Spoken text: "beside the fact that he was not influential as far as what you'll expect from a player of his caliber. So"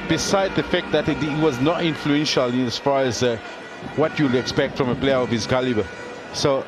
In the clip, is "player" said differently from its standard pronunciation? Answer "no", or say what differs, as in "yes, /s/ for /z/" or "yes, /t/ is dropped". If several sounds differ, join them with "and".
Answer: no